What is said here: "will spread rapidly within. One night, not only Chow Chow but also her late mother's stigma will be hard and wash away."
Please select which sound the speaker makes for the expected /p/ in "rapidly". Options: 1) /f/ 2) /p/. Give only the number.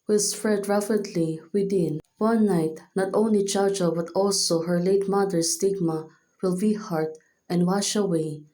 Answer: 1